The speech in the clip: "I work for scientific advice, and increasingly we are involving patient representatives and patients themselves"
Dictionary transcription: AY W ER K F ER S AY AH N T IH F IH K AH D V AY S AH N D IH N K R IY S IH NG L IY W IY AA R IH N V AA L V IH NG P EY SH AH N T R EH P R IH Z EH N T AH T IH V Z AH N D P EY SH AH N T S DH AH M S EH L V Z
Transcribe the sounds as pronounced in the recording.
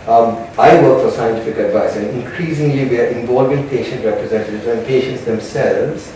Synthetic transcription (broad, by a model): AY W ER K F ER S AY AH N T IH F IH K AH D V AY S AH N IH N K R IY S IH NG L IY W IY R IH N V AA L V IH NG P EY SH AH N T R EH P R IH Z EH N T AH T IH V Z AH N P EY SH AH N T S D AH M S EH L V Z